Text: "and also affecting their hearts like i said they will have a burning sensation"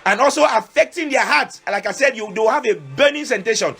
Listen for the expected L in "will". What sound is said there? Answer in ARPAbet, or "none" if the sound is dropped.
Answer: W